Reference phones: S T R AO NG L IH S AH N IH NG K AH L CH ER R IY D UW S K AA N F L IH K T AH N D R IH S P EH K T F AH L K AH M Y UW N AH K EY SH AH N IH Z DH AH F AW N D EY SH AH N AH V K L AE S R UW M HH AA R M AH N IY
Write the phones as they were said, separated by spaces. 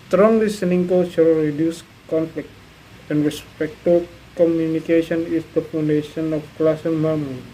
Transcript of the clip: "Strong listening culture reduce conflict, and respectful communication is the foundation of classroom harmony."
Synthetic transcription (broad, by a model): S T R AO NG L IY S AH N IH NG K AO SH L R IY D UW S K AA N F L IH K T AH N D R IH S P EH K T AH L K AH M Y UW N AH K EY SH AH N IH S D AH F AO N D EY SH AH N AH F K L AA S AO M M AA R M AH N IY